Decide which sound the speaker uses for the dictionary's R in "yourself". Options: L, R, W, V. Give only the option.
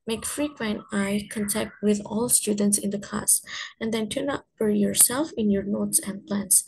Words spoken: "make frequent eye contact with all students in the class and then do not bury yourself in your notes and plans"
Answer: R